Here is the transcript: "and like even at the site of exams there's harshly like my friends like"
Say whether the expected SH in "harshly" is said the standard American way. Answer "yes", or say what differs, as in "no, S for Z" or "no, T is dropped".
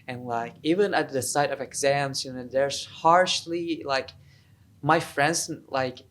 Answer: yes